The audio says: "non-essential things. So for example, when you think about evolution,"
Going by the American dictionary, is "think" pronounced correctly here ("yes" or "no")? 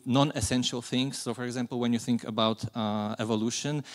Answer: yes